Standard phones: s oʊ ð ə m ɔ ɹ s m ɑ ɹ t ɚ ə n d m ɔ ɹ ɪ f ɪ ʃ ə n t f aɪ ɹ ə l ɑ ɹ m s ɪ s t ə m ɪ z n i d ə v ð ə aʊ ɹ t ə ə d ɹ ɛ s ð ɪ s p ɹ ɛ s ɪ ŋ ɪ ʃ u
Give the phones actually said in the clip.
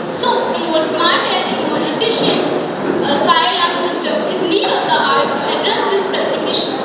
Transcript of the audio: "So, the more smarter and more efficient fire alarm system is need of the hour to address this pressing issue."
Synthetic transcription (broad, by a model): s oʊ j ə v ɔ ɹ s m ɑ ɹ t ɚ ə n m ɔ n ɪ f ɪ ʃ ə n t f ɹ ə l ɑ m s ɪ s t ə m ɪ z l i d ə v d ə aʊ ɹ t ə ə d ɹ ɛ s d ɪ s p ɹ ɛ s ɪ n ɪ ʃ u